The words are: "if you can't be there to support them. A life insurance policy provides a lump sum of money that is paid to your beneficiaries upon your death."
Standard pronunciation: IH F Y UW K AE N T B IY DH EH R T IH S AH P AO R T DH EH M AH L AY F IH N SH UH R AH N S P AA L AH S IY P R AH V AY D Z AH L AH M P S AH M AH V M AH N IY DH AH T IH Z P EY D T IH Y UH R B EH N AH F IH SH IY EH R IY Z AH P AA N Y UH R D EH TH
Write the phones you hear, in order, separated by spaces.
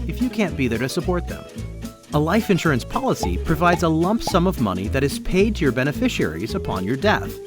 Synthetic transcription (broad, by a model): IH F Y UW K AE N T B IY DH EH R T IH S AH P AO R T DH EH M AH L AY F IH N SH UH R AH N S P AA L AH S IY P R AH V AY D Z AH L AH M P S AH M AH V M AH N IY DH AH T IH Z P EY D T IH Y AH R B EH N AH F IH SH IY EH R IY Z AH P AA N Y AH R D EH TH